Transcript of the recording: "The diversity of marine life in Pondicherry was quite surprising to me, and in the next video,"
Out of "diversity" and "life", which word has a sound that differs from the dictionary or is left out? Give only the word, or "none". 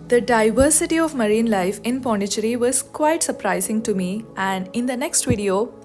none